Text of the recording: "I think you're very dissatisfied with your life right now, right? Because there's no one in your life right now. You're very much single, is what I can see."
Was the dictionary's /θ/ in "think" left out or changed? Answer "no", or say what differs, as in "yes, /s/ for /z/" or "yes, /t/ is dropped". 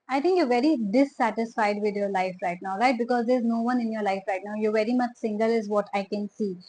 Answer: yes, /t/ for /θ/